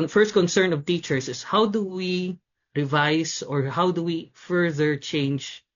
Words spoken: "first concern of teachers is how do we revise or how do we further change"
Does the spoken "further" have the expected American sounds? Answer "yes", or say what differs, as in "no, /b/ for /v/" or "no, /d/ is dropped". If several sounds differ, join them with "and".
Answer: yes